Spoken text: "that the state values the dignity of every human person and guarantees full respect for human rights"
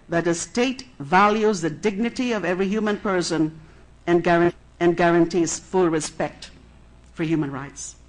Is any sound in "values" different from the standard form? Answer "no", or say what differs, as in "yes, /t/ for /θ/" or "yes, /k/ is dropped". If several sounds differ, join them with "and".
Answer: no